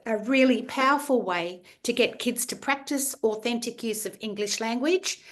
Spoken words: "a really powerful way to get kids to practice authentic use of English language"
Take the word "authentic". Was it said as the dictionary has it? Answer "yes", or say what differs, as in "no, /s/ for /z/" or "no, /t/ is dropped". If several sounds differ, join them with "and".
yes